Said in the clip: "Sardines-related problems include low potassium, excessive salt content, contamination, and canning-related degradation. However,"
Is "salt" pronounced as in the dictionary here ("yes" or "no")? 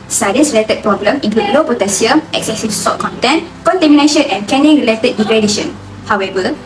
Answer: no